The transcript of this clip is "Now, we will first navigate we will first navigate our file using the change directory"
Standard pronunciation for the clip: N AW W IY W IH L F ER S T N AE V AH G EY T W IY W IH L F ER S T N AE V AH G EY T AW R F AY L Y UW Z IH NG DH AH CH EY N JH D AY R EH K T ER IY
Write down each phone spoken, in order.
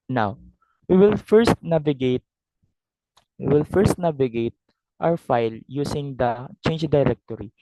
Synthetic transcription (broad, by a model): N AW W IY W IH L F ER S T N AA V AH G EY T W IY W IH L F ER S T N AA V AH G EY T AW R F AY L Y UW S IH NG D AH CH EY N JH D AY R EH K T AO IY